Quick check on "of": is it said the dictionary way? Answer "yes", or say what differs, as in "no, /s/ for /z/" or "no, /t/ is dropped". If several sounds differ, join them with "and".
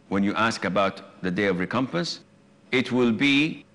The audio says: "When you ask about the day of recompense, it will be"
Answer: yes